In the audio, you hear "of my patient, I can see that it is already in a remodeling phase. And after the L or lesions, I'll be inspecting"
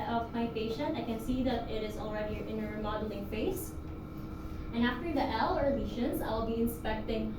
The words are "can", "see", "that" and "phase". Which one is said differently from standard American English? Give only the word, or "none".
phase